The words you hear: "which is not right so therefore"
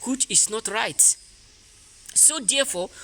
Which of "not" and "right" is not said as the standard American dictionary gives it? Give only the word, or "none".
none